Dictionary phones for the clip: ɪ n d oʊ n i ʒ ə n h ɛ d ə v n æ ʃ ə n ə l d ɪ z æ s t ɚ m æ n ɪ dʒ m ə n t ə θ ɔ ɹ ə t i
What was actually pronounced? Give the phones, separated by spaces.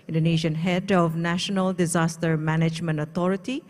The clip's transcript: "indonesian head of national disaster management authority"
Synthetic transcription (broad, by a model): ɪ n d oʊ n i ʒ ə n h ɛ d ə v n æ ʃ ə n ə l d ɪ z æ s t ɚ m æ n ɪ dʒ m ə n t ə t ɔ ɹ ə t i